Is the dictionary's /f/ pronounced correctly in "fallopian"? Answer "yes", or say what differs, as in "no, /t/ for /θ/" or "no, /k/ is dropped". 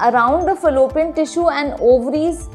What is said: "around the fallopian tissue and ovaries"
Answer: yes